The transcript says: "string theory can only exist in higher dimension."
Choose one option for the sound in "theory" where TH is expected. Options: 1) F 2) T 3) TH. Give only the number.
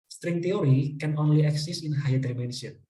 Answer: 2